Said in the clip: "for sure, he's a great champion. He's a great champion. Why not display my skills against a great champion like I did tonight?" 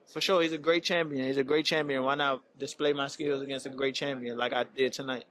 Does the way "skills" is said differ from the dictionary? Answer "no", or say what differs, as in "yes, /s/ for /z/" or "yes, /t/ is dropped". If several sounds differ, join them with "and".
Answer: no